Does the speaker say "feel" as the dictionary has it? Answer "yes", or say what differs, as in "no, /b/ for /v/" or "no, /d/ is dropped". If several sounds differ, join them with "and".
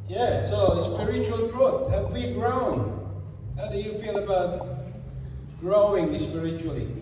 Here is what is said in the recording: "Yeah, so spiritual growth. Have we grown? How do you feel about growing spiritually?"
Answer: no, /p/ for /f/ and /n/ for /l/